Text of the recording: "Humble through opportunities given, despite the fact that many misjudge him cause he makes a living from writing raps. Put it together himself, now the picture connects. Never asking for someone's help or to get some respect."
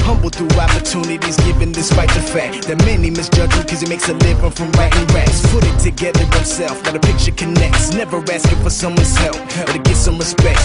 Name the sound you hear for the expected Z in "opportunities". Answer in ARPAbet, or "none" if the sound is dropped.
Z